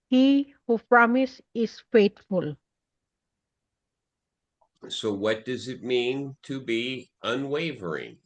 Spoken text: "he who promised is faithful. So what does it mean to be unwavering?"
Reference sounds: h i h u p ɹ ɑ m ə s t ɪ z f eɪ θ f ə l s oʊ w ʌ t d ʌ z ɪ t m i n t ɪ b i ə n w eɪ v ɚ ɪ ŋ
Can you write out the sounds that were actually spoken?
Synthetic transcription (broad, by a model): h i h u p ɹ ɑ m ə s ɪ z f eɪ t f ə l s oʊ w ʌ t d ʌ z ɪ t m i n t ɪ b i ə n w eɪ v ɚ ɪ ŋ